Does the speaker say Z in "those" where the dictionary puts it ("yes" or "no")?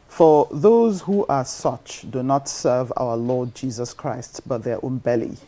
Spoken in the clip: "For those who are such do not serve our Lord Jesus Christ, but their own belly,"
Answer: yes